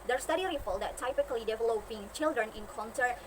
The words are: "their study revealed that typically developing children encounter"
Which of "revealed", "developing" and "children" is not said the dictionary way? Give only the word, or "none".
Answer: revealed